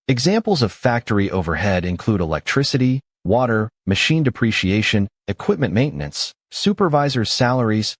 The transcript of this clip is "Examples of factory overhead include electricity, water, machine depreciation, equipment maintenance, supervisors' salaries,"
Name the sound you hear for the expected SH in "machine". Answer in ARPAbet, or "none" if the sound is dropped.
SH